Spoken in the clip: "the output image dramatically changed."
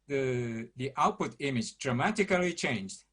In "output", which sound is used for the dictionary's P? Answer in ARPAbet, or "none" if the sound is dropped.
P